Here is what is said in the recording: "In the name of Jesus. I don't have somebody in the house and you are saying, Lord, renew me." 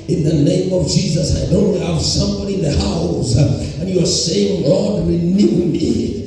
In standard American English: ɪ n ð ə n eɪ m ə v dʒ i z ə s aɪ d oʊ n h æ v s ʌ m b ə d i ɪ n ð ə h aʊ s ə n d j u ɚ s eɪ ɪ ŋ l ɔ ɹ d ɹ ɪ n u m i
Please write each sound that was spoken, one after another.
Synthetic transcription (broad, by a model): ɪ n ð ə n eɪ m ə v dʒ i z ə s aɪ d oʊ n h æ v s ʌ m b ə d i ɪ n ð ə h aʊ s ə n j u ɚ s eɪ ɪ ŋ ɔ l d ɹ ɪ n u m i